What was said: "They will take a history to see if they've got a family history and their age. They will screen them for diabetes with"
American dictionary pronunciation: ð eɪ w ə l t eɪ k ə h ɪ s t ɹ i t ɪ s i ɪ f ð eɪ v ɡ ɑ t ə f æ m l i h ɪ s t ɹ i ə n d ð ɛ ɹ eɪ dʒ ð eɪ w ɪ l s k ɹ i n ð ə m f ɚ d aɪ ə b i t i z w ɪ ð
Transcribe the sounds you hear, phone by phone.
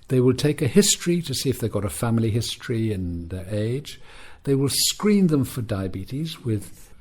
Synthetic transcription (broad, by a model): ð eɪ w ə l t eɪ k ə h ɪ s t ɹ i t ɪ s i ɪ f ð eɪ ɡ ɑ t ə f æ m l i h ɪ s t ɹ i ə n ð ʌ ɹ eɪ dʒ ð eɪ w ɪ l s k ɹ i n ð ə m f ɚ d aɪ ə b i t i z w ɪ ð